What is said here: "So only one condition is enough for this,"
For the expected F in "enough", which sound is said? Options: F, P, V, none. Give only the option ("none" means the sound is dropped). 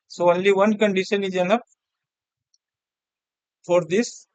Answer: P